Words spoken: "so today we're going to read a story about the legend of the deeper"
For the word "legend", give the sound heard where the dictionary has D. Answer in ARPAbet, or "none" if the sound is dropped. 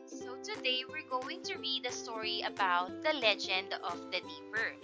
D